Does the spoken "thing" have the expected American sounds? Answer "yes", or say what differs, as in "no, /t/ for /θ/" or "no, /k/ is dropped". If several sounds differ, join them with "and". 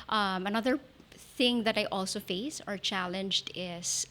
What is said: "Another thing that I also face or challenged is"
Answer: yes